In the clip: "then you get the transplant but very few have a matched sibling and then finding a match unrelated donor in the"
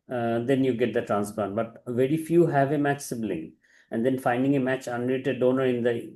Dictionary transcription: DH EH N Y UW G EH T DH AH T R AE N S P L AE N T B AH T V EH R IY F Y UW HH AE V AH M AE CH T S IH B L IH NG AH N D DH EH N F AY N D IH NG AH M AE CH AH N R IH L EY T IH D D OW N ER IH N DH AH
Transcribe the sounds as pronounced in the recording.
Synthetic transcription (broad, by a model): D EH N Y UW G EH T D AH T R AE N S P L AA N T B AH T V EH R IY F Y UW HH AE V AH M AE CH S IH B L IH NG AH N D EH N F AY N D IH NG AH M AE CH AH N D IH EY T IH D D OW N ER IH N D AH